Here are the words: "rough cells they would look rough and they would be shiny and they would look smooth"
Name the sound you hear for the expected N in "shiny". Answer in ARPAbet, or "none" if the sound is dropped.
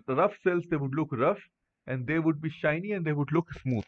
N